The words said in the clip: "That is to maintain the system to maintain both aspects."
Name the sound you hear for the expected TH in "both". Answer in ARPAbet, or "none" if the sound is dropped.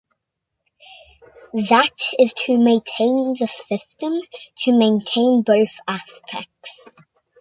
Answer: TH